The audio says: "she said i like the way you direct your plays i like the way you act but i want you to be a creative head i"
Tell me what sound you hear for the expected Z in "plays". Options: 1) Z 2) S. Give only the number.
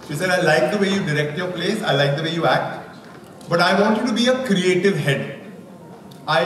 2